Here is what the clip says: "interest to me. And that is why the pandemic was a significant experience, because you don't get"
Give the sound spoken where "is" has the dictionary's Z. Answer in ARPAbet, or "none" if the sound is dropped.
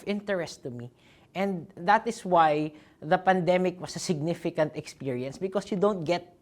S